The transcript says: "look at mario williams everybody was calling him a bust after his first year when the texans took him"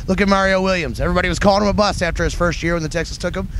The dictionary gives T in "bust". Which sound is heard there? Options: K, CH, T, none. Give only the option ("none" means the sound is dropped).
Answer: none